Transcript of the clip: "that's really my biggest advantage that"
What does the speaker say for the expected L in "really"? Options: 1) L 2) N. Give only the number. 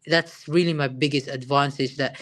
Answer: 1